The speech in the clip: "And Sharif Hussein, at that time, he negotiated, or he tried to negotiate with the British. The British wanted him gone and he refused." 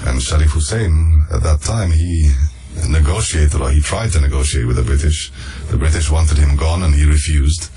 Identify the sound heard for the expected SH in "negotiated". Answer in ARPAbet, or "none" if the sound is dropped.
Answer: SH